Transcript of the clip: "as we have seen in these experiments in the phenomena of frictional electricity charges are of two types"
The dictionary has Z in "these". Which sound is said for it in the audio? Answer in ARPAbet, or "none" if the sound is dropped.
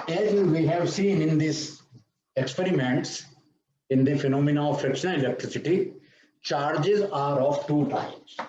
S